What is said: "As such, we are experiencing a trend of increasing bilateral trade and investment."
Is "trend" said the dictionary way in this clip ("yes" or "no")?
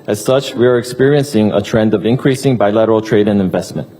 yes